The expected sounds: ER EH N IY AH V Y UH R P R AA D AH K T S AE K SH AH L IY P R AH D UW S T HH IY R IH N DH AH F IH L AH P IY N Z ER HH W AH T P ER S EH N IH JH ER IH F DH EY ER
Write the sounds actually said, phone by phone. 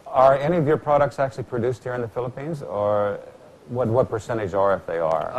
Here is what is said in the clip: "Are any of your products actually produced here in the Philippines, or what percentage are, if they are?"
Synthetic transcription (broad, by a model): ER EH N IY AH V Y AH R P R AA D AH K T S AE K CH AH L IY P R AH D UW S T HH IY R IH N DH AH F IH L AH P IY N Z ER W W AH T P ER S EH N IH JH ER IH F DH EY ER